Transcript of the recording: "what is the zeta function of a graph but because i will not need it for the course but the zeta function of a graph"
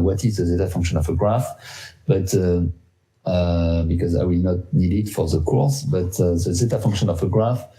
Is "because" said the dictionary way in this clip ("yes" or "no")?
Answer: yes